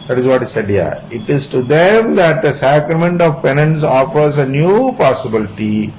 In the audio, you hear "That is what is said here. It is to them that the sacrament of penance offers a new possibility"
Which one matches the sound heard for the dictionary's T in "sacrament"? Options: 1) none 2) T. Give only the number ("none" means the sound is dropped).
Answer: 2